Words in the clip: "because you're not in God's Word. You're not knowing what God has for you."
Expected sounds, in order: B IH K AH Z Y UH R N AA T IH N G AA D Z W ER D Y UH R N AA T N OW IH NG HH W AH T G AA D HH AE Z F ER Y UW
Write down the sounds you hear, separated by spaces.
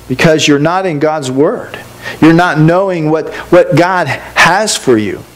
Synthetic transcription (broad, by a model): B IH K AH Z Y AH R N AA T IH N G AA D Z W ER D Y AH R N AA T N OW IH NG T W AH T G AA D HH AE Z F ER Y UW